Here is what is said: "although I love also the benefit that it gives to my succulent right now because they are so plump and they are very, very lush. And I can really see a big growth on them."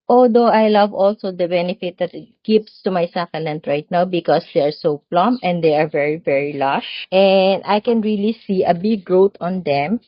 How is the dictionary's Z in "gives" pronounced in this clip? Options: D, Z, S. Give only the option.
S